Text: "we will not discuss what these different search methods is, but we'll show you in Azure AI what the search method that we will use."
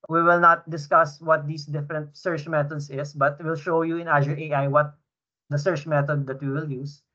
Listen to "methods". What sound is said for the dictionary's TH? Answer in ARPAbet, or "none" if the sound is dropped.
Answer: T